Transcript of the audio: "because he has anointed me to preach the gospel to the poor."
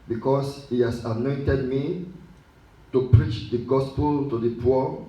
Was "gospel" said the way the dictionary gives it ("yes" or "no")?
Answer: yes